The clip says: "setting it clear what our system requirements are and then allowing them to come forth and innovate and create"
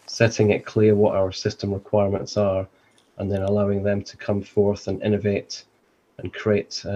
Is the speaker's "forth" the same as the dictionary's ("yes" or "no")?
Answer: yes